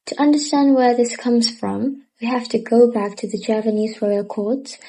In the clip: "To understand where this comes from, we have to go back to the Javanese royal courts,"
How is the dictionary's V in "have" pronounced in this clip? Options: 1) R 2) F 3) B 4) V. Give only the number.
2